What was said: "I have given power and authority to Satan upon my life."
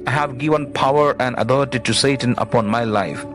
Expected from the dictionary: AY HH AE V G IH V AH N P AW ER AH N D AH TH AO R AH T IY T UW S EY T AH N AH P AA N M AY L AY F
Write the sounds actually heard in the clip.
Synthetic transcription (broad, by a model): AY HH AE V G IH V AH N P AW ER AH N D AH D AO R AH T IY T UW S EY T AH N AH P AA N M AY L AY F